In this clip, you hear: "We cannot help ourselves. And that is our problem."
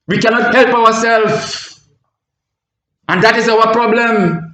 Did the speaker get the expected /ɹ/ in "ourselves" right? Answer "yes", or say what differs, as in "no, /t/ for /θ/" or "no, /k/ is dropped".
no, /w/ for /ɹ/